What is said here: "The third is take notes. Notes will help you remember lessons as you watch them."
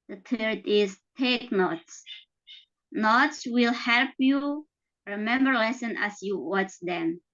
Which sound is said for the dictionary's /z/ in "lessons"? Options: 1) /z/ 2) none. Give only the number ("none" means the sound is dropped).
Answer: 2